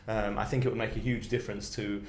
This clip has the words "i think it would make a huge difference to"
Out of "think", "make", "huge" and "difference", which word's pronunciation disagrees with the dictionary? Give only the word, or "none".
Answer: none